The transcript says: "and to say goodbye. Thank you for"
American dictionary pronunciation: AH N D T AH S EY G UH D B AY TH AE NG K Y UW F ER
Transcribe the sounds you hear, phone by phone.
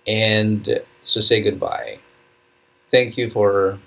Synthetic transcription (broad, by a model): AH N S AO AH S EY G UH D B AY TH AE NG K Y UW F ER